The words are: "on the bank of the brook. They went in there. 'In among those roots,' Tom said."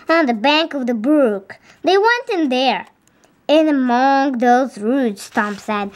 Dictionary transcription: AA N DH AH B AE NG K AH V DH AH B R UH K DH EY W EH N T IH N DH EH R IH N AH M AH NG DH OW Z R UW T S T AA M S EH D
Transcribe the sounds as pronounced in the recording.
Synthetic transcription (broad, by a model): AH N DH AH B AE NG K AH V DH AH B R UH K DH EY W EH N T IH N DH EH R IH N AH M AH NG DH OW Z R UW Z S T AA M S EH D